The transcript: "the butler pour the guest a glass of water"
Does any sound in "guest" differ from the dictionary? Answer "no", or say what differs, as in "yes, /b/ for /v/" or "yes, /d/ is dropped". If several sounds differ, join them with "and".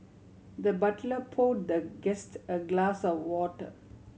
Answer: no